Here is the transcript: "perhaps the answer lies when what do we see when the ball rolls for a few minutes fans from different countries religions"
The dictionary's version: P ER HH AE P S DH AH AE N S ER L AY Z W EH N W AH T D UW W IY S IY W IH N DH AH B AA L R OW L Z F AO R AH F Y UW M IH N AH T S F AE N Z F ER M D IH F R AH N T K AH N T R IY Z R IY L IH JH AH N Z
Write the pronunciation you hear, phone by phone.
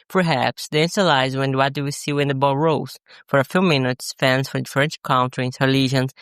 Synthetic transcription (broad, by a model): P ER HH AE P S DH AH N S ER L AY Z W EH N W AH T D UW W IY S IY W IH N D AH B AA L R OW Z F AO R AH F Y UW M IH N AH T S F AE N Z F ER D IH F R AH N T K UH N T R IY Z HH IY L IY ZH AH N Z